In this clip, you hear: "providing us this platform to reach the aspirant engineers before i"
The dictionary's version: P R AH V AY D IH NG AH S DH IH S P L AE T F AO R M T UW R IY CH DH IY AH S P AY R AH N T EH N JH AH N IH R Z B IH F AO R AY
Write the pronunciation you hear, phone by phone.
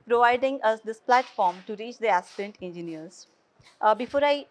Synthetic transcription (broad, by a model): P R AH V AY D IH NG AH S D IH S P L AE T F AO R M T UW R IY CH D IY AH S IH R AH N T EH N JH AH N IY R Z B IH F AO R AY